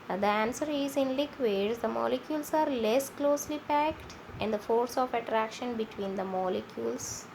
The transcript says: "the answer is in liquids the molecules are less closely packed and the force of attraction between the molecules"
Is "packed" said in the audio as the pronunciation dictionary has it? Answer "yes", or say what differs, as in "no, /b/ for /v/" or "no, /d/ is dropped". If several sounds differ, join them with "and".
yes